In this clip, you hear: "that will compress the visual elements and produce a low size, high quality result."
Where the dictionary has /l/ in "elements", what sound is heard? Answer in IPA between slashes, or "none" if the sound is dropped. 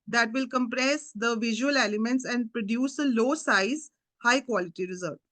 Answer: none